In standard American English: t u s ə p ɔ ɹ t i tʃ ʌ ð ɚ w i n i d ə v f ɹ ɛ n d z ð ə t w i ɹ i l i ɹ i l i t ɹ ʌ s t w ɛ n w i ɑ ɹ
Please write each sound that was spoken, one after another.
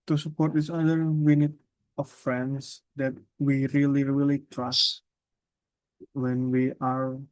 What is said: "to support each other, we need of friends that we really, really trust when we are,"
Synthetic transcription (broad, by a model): t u s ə p ɔ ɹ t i s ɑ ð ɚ w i n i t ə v f ɹ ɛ n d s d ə t w i ɹ i l i ɹ i l i t ɹ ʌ s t w ɛ n w i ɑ ɹ